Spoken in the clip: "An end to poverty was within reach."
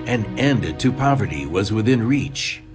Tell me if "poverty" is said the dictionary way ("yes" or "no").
yes